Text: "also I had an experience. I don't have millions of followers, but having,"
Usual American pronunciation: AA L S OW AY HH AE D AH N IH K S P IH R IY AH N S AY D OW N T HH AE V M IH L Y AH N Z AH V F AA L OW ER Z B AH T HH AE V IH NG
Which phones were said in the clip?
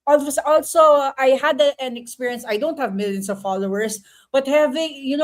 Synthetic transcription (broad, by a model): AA L S OW AY HH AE D AH N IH K S P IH R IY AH N S AY D OW N T HH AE V M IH L Y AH N S AH V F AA L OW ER S B AH T HH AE V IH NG